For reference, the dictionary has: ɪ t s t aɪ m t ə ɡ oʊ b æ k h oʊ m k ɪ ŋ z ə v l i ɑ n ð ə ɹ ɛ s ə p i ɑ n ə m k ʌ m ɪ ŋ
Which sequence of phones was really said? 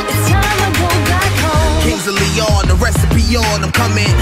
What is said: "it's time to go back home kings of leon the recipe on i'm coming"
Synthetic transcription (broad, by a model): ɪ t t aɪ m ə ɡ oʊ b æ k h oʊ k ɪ z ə l i ɑ n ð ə ɹ ɛ s ə p i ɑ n ə m k ʌ m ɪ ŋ